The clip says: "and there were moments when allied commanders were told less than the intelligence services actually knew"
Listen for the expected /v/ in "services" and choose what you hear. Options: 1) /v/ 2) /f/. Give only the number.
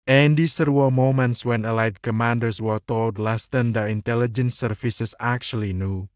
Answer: 2